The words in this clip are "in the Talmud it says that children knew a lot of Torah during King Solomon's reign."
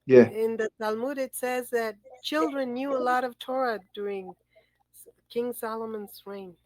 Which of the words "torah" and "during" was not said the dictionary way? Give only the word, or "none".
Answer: none